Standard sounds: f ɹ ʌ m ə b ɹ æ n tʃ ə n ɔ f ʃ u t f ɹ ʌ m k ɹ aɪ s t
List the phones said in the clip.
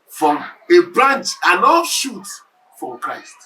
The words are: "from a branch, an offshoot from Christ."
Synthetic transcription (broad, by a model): f ɹ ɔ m ə b ɹ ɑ n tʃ ə n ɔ ʃ u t f ɹ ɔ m k ɹ aɪ s t